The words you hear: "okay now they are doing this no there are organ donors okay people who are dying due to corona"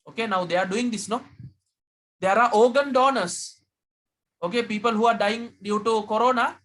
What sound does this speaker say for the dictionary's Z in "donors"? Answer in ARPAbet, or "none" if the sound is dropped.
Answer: S